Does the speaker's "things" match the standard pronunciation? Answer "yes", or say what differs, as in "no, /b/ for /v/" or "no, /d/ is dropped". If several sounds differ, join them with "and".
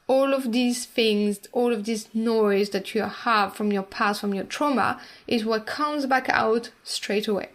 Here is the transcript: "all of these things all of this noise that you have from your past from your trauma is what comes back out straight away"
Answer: yes